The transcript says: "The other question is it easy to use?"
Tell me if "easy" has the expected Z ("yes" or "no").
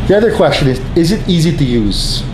yes